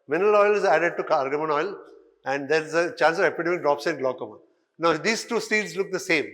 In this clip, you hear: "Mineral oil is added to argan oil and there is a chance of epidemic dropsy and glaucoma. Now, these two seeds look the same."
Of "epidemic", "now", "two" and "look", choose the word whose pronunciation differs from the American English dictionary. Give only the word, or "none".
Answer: epidemic